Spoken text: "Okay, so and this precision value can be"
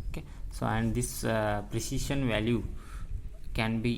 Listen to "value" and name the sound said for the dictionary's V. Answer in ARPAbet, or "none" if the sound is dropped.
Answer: V